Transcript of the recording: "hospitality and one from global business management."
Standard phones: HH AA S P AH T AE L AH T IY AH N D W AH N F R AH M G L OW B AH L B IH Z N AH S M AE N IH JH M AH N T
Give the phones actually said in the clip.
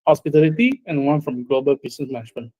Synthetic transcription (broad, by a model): HH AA S P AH T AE L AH T IY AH N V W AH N F R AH M G L OW B AH L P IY S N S M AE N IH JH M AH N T